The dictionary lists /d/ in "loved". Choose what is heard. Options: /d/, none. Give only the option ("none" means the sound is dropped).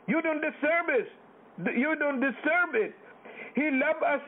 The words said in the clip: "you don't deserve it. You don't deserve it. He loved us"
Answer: none